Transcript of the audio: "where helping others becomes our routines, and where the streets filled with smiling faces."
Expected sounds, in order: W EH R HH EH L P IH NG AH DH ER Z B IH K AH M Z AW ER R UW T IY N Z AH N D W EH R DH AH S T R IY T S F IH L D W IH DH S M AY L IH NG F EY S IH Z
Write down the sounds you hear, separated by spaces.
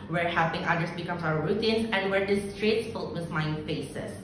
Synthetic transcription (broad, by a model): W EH R HH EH P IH NG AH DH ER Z B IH K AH M S AW ER R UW T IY N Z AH N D W EH R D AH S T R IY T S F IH L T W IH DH M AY IH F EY S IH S